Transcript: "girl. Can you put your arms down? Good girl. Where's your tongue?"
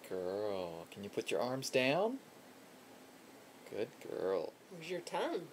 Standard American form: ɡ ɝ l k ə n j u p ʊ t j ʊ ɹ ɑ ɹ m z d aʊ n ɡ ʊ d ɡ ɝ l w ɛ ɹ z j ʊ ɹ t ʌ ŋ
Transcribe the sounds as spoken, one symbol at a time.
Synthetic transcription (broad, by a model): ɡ ɝ l k ə n j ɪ p ʊ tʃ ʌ ɹ ɑ ɹ m z d aʊ n ɡ ʊ d ɡ ɝ l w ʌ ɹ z j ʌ ɹ t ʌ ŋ